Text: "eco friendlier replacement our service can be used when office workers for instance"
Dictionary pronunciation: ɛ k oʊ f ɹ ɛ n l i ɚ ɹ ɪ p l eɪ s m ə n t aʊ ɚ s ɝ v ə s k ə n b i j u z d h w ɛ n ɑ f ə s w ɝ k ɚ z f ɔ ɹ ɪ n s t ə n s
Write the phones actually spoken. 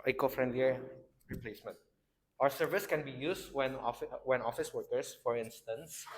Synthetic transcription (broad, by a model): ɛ k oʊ f ɹ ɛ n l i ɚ ɹ ɪ p l eɪ s m ə n t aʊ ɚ s ɝ v ə s k ə n b i j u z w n w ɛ n ɑ f ə s w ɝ k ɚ s f ɔ ɹ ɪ n s t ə n s